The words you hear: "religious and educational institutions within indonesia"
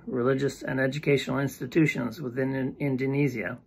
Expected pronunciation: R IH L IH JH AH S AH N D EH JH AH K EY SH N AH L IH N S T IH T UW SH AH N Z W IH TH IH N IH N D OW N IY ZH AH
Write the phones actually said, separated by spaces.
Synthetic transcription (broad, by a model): R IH L IH JH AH S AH N EH JH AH K EY SH N L IH N S T IH T UW SH AH N Z W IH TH IH N IH N D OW N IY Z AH